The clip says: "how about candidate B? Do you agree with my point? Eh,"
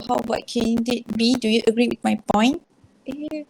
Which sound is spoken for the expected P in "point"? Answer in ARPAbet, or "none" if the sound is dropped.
P